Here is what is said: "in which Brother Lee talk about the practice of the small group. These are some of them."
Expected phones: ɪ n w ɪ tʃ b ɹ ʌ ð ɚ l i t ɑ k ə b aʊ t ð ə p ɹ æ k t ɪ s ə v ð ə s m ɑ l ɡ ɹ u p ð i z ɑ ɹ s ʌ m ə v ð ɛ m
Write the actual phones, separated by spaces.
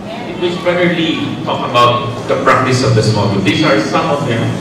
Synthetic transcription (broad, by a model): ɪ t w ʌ s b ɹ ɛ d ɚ l i t ɑ k ə b aʊ t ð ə p ɹ æ k t ɪ s ə v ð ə s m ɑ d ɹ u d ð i s ɑ ɹ s ʌ m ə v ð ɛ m